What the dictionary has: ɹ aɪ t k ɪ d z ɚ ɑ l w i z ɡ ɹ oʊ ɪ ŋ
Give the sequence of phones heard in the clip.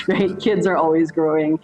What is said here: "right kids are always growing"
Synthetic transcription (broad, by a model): ɹ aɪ t k ɪ d z ɚ ɑ l w i z ɡ ɹ oʊ ɪ ŋ